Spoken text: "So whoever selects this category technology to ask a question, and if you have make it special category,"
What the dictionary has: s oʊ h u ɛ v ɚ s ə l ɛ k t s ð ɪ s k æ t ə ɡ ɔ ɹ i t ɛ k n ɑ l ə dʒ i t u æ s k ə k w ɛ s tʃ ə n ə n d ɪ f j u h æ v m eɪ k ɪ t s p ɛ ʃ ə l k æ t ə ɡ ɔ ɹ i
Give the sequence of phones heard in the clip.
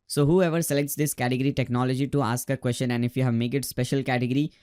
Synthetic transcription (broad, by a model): s oʊ h u ɛ v ɚ s ə l ɛ k t s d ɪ s k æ t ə ɡ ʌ ɹ i t ɛ k n ɑ l ə dʒ i t u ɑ s k ə k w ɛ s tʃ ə n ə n d ɪ f j u h æ v m eɪ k ɪ t s p ɛ ʃ ə l k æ t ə ɡ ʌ ɹ i